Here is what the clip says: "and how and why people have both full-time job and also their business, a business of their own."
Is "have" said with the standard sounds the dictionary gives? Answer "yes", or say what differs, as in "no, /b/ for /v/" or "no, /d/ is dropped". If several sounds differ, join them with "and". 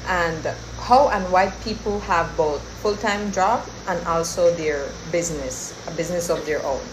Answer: yes